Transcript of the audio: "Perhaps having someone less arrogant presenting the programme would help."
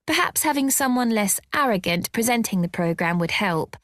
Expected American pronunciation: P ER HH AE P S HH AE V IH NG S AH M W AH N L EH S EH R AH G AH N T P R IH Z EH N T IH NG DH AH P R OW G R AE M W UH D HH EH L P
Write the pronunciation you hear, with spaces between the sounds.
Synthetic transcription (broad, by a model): P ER HH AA P S HH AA V IH NG S AH M W AH N L EH S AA R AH G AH N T P R IH Z EH N T IH NG DH AH P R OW G R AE M W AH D HH EH L P